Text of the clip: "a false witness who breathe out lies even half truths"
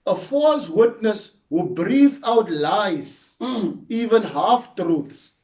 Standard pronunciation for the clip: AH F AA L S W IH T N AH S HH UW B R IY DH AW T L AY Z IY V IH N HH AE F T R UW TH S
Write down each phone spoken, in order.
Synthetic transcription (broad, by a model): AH F AA L S W IH T N AH S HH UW B R IY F AW T L AY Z IY V IH N HH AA F T R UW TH S